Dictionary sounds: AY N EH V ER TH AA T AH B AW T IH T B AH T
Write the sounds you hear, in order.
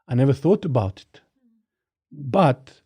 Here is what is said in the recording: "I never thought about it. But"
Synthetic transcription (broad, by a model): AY N EH V ER TH AA T AH B AW T IH T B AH T